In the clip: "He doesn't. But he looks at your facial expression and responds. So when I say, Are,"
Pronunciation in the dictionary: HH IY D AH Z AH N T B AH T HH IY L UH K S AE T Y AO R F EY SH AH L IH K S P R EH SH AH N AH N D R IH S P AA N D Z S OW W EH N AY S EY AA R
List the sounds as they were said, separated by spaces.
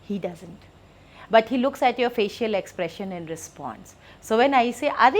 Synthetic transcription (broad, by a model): HH IY D AH Z AH N T B AH T HH IY L UH K S AE T Y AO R F EY SH AH L IH K S P R EH SH AH N AH N D R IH S P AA N S OW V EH N AY S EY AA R